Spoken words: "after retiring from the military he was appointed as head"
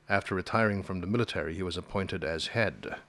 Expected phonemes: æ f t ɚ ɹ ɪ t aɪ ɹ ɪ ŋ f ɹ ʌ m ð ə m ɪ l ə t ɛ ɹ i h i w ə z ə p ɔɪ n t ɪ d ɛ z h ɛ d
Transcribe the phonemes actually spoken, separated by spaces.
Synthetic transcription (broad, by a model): æ f t ɚ ɹ ɪ t aɪ ɹ ɪ ŋ f ɹ ʌ m ð ə m ɪ l ə t ɛ ɹ i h i w ə z ə p ɔɪ n t ɪ d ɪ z h ɛ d